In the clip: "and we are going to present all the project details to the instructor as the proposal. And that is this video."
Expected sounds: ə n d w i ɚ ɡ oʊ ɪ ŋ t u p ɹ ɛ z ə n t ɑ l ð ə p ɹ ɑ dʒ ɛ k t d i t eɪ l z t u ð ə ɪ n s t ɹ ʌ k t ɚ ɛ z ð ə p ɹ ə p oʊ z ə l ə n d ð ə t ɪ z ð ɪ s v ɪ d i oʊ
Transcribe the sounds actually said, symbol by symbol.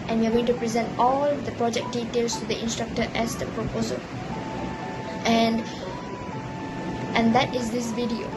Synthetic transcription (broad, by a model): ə n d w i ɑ ɡ oʊ ɪ ŋ t u p ɹ ɛ z ə n t ɑ l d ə p ɹ ɑ dʒ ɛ k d i t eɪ l s t u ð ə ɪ n s t ɹ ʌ k t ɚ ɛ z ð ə p ɹ ə p oʊ z ə l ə n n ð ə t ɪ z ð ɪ s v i d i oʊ